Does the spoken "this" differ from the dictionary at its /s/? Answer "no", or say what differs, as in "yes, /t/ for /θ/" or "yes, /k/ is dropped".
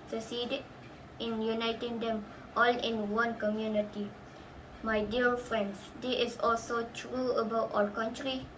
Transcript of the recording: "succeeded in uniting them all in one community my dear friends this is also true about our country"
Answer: yes, /s/ is dropped